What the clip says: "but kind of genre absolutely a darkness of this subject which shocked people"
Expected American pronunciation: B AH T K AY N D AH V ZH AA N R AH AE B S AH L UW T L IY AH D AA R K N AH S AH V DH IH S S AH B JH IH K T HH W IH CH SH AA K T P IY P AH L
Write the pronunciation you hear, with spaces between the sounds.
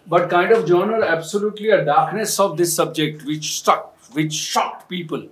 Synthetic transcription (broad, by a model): B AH T K AY N D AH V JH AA N AH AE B S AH L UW T L IY AH D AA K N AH S AH V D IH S S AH B JH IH K T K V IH CH SH AA K T P IY P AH L